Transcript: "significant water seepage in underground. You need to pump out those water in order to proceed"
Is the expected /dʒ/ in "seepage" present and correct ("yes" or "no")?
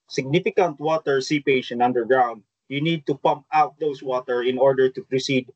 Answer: no